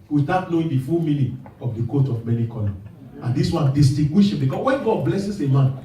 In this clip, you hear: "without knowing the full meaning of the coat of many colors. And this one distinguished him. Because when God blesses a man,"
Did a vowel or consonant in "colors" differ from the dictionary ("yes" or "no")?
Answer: yes